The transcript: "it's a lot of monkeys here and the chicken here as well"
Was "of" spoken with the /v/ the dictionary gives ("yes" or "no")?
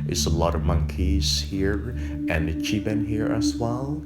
yes